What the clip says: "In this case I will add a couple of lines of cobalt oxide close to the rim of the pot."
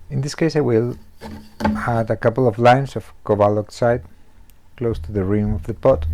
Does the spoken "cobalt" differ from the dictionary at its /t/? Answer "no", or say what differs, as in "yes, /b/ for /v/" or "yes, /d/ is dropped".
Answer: yes, /t/ is dropped